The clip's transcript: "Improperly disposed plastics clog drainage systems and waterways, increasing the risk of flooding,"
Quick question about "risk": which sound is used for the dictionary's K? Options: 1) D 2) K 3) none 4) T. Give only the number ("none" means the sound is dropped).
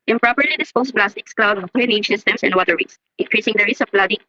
3